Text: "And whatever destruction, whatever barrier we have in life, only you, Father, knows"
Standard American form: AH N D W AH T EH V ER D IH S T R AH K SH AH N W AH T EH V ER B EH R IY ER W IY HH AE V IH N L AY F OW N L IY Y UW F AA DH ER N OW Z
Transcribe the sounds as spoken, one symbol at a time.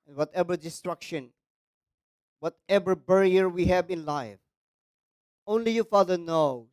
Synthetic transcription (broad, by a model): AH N W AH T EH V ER D IH S T R AH K SH AH N W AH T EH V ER B EH R IY ER W IY HH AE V IH N L AY F OW N L IY Y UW F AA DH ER N OW